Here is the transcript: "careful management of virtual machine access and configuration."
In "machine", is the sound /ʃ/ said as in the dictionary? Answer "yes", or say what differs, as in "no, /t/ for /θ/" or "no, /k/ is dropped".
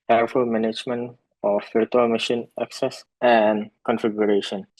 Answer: yes